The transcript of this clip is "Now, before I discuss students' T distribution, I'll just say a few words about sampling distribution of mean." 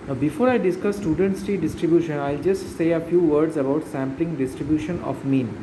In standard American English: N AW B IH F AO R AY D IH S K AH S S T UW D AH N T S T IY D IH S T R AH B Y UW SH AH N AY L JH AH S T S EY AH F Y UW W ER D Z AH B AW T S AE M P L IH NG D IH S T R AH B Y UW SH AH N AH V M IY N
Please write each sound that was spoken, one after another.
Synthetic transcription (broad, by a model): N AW B IH F AO R AY D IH S K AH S S T UW D AH N T S T IY D IH S T R AH B Y UW SH AH N AY L JH AH S T S EY AH F Y UW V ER D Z AH B AW T S AE M P L IH NG D IH S T R AH B Y UW SH AH N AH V M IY N